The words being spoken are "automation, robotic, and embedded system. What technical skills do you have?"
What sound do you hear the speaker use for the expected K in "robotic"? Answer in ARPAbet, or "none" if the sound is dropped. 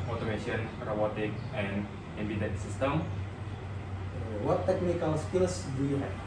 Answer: K